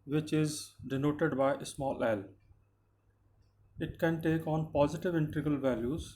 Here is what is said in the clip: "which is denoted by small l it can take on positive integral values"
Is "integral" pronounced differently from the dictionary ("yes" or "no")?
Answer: yes